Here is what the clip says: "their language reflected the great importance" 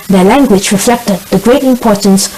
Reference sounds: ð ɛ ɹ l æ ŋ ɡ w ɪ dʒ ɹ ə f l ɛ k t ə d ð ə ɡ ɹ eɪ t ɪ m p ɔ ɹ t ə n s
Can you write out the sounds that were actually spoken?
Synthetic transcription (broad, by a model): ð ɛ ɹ l æ ŋ ɡ w ɪ dʒ ɹ ə f l ɛ k t ə d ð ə ɡ ɹ eɪ t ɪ m p ɔ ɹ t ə n s